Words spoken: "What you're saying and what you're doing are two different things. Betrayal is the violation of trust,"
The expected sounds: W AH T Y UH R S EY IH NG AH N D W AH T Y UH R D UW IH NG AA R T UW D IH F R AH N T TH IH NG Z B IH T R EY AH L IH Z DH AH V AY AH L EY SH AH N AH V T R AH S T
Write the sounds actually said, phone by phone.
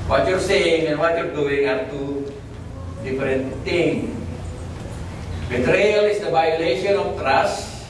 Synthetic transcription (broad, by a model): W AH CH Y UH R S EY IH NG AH N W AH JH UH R D UW IH NG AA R T UW D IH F R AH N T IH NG B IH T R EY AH L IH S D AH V AY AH L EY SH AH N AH F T R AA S